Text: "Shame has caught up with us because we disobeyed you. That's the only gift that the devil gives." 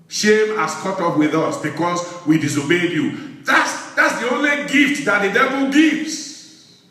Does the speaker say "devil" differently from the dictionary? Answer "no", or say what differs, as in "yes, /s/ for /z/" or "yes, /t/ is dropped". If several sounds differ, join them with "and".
no